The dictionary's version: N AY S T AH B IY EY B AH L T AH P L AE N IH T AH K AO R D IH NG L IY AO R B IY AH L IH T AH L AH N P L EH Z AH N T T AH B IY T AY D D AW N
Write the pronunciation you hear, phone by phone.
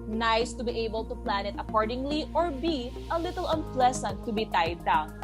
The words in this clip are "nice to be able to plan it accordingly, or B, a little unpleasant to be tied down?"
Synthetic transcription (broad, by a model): N AY S T AH B IY EY B AH L T AH P L AE N IH T AH K AO R D IH NG L IY AO R B IY AH L IH T AH L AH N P L EH S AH N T T AH B IY T AY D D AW